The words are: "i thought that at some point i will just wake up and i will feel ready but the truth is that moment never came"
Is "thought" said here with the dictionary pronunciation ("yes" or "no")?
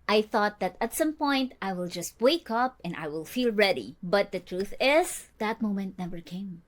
yes